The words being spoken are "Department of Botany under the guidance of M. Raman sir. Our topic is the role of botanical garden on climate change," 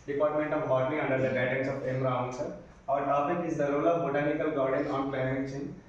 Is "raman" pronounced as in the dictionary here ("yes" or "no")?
no